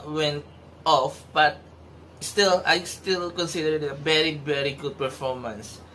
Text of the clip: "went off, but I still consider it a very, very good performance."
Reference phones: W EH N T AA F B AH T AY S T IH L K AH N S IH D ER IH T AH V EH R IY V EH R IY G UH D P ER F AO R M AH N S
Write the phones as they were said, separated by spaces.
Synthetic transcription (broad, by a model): W EH N T AA F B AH T AY S T IH L K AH N S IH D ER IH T AH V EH R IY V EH R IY G UH D P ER F AO R M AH N S